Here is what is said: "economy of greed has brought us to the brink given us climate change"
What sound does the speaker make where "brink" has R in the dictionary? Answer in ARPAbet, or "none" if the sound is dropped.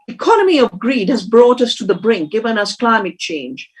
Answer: R